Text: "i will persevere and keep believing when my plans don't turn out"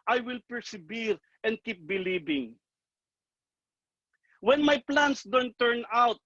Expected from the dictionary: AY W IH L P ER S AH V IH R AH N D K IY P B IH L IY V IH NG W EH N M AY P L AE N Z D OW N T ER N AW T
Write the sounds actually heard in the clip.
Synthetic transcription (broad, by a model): AY W IH L P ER S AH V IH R AH N D K IY P B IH L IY B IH NG W EH N M AY P L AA N S D OW N T ER N AW T